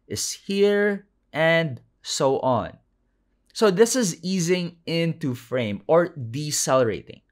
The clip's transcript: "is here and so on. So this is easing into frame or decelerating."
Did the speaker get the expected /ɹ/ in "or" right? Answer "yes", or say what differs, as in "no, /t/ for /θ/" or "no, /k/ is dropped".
yes